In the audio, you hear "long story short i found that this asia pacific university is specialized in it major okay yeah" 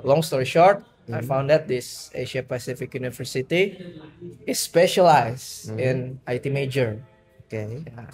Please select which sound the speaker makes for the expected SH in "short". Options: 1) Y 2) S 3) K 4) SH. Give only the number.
4